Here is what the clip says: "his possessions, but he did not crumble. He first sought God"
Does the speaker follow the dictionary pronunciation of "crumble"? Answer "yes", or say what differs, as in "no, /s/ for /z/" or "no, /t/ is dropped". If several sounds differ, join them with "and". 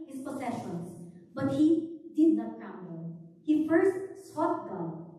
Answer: no, /ɹ/ is dropped